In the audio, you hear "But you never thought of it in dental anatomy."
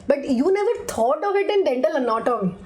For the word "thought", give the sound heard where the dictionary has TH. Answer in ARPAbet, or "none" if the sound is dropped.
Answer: T